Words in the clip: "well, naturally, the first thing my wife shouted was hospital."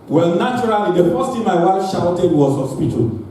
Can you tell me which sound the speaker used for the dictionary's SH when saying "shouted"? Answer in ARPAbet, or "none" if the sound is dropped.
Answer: SH